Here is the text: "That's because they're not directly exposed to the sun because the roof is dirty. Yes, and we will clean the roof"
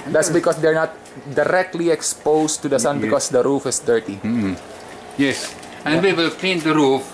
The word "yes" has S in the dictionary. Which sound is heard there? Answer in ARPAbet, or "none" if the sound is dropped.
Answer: S